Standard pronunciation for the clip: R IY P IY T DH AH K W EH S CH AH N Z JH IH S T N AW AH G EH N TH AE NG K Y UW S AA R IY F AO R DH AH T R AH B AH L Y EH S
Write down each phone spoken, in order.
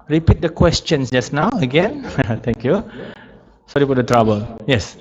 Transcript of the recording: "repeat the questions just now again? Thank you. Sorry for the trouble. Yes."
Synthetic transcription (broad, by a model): R IY P IY T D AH K W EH S CH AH N S JH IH S N AW AH G EH N T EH NG K Y UW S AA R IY P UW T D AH T R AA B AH L Y EH S